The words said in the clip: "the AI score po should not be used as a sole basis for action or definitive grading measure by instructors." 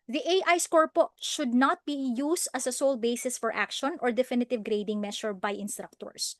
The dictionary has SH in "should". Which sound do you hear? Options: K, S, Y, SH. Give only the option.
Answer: SH